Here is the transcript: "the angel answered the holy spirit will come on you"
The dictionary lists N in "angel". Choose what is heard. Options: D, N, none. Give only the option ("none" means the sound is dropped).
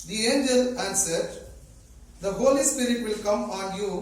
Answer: N